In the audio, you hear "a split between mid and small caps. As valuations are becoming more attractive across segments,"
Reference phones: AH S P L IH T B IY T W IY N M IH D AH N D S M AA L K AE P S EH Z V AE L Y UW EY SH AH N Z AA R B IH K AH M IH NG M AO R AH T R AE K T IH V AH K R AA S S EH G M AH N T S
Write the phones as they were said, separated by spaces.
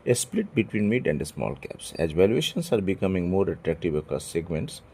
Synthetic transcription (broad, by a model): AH S P L IH T B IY T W IY N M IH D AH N D S M AA L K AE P S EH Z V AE L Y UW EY SH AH N S AA R B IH K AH M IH NG M AO R AH T R AE K T IH V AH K AA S S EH G M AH N T S